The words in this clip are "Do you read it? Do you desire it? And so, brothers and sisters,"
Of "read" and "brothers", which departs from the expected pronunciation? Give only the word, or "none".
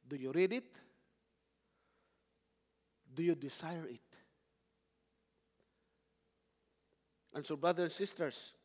brothers